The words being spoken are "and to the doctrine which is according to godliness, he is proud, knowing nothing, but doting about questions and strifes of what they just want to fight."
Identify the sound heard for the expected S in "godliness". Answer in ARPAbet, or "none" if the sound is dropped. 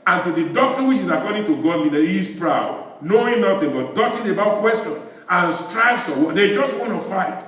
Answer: none